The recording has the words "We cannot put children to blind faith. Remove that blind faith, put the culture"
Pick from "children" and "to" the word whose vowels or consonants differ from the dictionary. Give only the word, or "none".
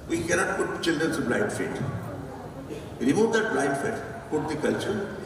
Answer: to